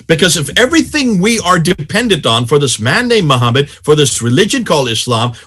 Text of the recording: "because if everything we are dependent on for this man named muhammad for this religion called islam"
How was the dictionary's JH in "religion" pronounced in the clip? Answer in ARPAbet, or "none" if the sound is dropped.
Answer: JH